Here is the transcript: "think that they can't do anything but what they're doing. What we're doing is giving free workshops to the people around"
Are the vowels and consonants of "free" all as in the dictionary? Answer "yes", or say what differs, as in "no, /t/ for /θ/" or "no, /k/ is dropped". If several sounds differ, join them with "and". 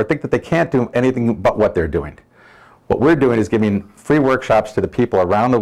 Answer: yes